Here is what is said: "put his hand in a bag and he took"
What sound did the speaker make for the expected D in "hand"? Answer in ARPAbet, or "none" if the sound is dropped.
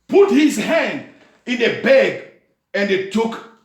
D